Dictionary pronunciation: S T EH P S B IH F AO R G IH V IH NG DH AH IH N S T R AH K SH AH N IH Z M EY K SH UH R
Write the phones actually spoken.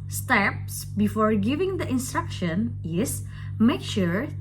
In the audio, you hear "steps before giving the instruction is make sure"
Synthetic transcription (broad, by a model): S T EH P S B IH F AO R G IH V IH NG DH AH IH N S T R AH K SH AH N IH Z M EY K SH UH R